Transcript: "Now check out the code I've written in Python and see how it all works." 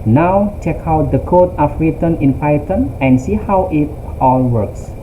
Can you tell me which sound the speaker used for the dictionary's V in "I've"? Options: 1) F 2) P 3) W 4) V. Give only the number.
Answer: 1